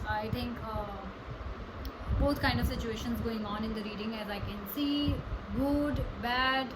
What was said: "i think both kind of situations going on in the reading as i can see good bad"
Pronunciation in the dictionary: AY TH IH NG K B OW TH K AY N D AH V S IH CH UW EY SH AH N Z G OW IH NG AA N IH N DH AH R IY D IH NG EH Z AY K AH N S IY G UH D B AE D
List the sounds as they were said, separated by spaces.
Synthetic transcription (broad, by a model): AY T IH NG K B OW T K AY N D AH V S IH CH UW EY SH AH N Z G OW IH NG AA N IH N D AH R IY D IH NG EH Z AY K AH N S IY G UH D B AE D